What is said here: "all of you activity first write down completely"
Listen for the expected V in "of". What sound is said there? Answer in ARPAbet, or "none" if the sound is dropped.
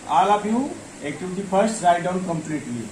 P